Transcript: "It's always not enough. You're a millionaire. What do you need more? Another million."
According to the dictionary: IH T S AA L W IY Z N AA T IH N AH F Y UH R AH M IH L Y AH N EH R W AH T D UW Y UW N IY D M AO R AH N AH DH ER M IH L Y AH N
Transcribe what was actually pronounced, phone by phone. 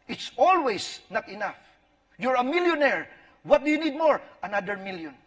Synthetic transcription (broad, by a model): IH T S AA L W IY S N AA T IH N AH F Y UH R AH M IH L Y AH N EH R W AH T D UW Y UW N IY D M AO R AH N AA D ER M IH L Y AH N